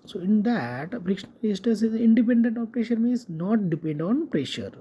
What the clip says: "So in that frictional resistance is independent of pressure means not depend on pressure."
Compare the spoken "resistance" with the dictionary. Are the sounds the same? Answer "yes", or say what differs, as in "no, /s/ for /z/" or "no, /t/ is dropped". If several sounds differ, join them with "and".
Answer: no, /n/ is dropped